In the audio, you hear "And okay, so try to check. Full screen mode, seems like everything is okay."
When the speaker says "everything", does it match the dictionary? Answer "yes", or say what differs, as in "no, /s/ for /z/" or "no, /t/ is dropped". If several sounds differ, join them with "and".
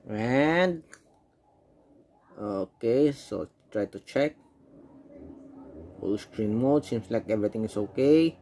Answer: no, /t/ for /θ/